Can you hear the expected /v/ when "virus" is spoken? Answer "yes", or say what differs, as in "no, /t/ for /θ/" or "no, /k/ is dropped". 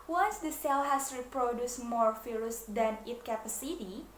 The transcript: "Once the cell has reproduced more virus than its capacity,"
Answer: no, /f/ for /v/